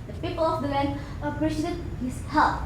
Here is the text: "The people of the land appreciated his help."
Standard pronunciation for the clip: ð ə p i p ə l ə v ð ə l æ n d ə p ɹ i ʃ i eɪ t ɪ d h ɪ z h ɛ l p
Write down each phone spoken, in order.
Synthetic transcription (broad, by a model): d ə p i p ə l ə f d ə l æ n ə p ɹ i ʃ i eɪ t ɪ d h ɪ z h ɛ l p